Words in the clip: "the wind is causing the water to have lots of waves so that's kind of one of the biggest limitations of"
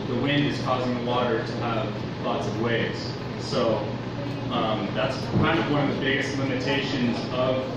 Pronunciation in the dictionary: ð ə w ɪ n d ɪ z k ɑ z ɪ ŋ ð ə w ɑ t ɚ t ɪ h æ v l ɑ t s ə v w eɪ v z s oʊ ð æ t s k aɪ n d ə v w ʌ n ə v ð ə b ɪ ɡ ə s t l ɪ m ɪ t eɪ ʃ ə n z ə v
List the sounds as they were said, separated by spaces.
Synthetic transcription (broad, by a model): ð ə w ɪ n d ɪ z k ɑ z ɪ ŋ ð ə w ɑ t ɚ t ɪ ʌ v l ɑ t s ə v w eɪ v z s oʊ ð æ t s k aɪ n d ə v w ʌ n ə v ð ə b ɪ ɡ ə s t l ɪ m ɪ t eɪ ʃ ə n z ə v